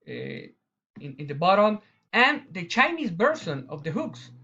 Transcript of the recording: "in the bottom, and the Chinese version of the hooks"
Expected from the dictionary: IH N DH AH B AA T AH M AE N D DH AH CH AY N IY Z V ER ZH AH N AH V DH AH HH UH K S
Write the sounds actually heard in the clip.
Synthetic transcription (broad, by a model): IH N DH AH B AA T AH M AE N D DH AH CH AY N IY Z B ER S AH N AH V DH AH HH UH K S